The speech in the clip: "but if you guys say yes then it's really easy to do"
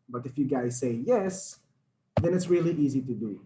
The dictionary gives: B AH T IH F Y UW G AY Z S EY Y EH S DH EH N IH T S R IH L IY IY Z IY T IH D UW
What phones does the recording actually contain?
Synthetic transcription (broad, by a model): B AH T IH F Y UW G AY Z S EY Y EH S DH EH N IH T S R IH L IY IY Z IY T IH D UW